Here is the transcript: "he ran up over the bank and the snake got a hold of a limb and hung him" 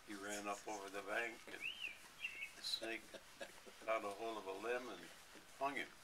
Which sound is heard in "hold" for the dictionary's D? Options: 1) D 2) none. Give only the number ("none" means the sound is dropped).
2